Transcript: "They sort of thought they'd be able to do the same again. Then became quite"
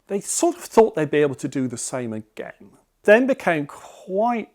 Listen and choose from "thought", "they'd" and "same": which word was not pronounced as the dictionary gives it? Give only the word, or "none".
none